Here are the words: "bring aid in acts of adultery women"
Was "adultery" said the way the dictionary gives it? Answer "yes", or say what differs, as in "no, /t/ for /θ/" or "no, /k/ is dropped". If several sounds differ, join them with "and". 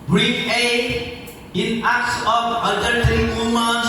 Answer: no, /l/ is dropped